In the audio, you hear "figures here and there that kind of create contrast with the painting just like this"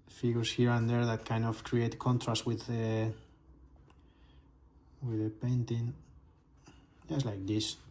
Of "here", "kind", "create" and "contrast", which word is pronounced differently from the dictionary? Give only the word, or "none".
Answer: none